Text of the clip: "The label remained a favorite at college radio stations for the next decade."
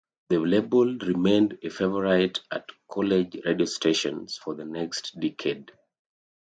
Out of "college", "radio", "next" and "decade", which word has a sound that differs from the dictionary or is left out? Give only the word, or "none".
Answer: none